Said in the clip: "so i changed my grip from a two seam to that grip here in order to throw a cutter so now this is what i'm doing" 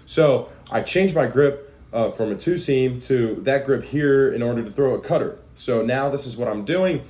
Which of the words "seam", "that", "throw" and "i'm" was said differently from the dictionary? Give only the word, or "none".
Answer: none